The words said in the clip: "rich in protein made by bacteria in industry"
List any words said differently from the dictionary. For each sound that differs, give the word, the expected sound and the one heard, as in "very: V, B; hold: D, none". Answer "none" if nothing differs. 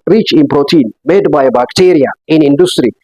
none